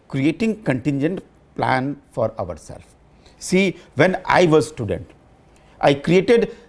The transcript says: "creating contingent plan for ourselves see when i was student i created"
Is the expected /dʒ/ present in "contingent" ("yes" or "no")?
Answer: yes